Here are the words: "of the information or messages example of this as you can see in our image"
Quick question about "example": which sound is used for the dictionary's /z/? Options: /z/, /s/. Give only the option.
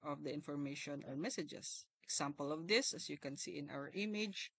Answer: /s/